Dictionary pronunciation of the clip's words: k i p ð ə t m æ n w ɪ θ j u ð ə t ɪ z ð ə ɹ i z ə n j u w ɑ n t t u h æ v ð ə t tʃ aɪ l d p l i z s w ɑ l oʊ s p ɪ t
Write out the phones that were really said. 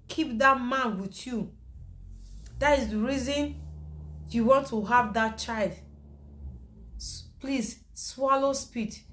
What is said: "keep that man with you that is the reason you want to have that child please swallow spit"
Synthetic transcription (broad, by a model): k i p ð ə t m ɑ n w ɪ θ j u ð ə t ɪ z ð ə ɹ i z ə n j u w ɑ n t t u h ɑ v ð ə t tʃ aɪ l d p l i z s w ɑ l oʊ s p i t